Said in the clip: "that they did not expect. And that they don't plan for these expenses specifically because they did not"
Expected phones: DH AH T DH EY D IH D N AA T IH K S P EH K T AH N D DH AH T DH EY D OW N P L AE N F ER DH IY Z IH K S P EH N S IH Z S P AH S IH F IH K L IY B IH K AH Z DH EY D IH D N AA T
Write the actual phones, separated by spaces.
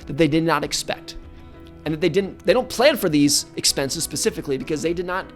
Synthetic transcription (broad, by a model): DH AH T DH EY D IH D N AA T IH K S P EH K T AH N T DH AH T DH EY D OW N P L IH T F ER DH IY Z IH K S P EH N S IH Z S P AH S IH F IH K L IY B IH K AH Z DH EY D IH D N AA T